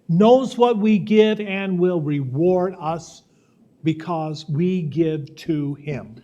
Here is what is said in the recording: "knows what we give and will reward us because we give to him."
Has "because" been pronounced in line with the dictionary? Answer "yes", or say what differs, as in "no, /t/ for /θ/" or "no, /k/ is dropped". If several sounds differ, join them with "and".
yes